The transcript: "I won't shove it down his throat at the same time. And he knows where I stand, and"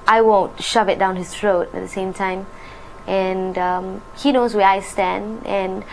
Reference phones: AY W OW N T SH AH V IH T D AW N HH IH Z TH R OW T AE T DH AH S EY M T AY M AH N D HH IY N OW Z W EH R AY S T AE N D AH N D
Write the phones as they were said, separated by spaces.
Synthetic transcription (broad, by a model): AY W OW N T SH AH V IH T D AW N HH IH S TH R OW T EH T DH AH S EY M T AY M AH N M HH IY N OW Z W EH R AY S T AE N D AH N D